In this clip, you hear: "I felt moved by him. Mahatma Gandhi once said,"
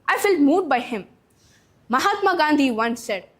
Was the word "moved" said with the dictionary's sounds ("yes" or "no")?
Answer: no